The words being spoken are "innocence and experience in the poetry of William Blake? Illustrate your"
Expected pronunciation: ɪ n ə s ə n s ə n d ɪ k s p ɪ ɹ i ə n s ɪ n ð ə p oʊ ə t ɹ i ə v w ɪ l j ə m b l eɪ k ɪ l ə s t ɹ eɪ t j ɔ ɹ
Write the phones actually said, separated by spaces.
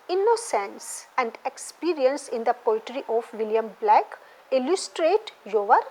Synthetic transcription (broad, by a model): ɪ n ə s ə n s ə n d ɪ k s p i ɹ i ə n s ɪ n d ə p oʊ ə t ɹ i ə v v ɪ l j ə m b l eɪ k ɪ l ə s t ɹ eɪ t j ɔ ɹ